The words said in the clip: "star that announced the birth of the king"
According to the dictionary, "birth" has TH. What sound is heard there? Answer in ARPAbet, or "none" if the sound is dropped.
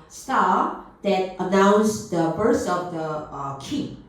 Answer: S